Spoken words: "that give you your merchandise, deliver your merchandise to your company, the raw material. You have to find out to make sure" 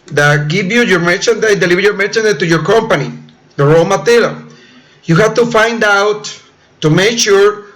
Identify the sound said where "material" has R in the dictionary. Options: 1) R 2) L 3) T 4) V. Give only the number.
2